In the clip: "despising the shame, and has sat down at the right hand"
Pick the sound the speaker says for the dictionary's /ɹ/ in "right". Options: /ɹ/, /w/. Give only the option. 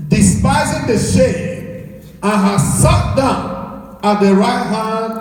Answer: /ɹ/